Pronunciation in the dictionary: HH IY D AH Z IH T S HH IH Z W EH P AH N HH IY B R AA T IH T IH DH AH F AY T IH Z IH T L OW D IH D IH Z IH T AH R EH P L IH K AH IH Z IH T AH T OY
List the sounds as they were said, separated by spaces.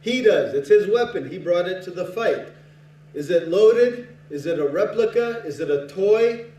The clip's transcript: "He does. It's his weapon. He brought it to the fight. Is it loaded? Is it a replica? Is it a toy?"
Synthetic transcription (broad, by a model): HH IY D AH Z IH T S HH IH Z W EH P AH N IY B R AA T IH T IH DH AH F AY T IH Z IH T L OW D IH D IH Z IH T AH R EH P L IH K AH IH Z IH T AH T OY